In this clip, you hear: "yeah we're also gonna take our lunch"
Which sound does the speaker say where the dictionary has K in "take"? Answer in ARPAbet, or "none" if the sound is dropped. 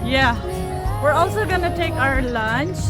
K